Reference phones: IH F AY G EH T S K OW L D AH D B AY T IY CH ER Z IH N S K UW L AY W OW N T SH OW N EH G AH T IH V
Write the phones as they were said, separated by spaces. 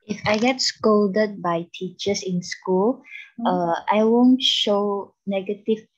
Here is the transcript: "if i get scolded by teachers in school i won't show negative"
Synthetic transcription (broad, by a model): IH F AY G EH T S K OW L D AH D B AY T IY CH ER S IH N S K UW L AY W OW N T SH OW N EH G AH T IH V